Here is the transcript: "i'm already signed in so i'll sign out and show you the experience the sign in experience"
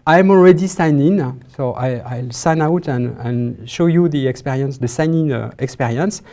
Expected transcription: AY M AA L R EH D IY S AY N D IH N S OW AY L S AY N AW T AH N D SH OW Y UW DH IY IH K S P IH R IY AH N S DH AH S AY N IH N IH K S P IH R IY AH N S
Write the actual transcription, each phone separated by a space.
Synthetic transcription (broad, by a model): AY M AA L R EH D IY S AY N IH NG S OW AY L S AY N AW T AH N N SH OW Y UW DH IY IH K S P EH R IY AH N S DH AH S AY N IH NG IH K S P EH R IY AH N S